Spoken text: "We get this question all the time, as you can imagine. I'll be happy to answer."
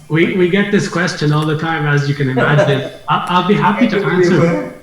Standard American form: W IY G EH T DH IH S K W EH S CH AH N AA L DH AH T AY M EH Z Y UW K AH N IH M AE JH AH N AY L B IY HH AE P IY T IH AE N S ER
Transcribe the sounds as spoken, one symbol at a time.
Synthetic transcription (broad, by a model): W IY G EH T DH IH S K W EH S CH AH N AA L DH AH T AY M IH Z Y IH K AH N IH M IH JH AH L AY L B IY HH AE P IY T IH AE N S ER